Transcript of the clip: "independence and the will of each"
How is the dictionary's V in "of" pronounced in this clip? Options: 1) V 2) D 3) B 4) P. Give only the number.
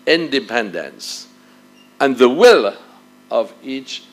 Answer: 1